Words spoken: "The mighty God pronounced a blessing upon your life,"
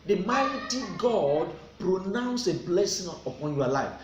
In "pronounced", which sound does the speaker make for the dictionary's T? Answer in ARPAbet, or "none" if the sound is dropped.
none